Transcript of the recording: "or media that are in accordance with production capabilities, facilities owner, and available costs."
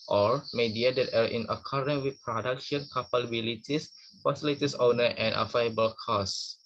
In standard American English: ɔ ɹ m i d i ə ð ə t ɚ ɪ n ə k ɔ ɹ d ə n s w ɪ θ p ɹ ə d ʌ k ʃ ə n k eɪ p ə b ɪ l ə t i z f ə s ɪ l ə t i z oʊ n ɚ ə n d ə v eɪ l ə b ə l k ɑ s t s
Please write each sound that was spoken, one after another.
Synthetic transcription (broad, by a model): ɔ ɹ m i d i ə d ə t ɚ ɪ n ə k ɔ ɹ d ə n w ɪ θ p ɹ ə d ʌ k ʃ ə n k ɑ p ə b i l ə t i s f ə s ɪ l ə t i s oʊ n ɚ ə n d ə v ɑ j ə b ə l k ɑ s s